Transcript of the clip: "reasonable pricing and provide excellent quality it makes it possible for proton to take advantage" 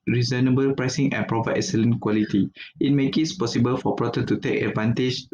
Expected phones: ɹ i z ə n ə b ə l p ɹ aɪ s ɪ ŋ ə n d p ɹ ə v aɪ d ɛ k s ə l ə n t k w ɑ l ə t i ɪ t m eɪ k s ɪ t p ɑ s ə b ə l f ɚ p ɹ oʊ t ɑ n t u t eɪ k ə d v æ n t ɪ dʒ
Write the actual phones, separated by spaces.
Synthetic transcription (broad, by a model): ɹ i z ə n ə b ə l p ɹ aɪ s ɪ ŋ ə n p ɹ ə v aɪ ɛ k s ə l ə n k w ɑ l ə t i ɪ t m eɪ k ɪ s p ɑ s ə b ə l f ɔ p ɹ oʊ t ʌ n t u t eɪ k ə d v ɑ n t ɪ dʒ